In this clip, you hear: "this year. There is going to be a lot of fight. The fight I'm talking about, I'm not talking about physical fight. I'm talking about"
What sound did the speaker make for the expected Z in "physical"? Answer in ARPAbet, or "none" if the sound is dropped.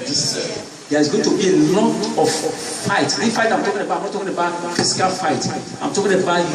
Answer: S